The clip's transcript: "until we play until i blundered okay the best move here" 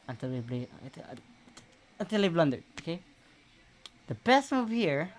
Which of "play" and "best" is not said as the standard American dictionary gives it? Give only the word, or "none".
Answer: play